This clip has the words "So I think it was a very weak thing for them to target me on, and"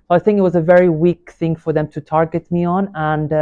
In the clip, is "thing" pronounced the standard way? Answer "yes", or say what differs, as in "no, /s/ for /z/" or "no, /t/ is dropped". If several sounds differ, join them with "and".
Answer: yes